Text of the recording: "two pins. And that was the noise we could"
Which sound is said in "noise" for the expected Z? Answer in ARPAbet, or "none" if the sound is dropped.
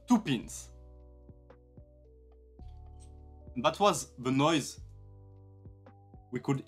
Z